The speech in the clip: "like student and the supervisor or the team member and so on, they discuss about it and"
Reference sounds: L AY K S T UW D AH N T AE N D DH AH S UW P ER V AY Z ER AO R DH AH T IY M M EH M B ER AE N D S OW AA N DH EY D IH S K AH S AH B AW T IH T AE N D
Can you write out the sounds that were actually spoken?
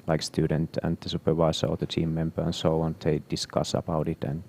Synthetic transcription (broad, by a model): L AY K S T UW D AH N T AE N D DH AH S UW P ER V AY S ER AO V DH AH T IY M M EH M B ER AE N S OW AA N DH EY D IH S K AH S AH B AW T IH T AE N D